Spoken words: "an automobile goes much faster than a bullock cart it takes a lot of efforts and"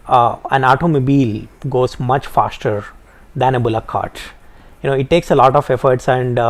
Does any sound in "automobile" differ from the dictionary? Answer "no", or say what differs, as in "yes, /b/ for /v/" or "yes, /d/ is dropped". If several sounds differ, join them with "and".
no